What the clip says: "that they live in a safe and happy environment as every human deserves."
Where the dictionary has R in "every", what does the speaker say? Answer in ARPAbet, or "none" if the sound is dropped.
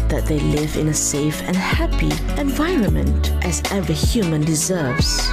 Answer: none